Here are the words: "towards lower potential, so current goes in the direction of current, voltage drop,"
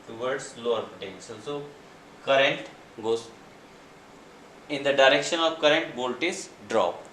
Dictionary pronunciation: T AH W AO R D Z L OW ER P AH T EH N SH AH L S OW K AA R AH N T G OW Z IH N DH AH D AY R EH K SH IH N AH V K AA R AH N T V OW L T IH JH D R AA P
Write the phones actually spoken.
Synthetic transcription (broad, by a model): T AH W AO R D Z L OW ER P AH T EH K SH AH N S OW K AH R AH N T G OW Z IH N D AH D AY R EH K SH IH N AH V K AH R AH N T B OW L T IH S D R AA P